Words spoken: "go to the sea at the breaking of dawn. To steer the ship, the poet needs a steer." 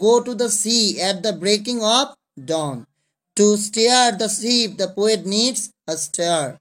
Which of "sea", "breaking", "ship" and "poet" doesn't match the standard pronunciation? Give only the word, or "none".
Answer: ship